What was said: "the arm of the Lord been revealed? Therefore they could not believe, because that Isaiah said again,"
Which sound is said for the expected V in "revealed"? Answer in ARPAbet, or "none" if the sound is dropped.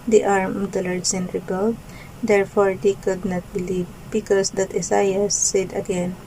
B